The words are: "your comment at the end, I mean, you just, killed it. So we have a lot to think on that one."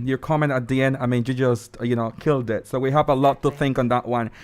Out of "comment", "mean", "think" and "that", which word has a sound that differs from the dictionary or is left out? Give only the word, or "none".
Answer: comment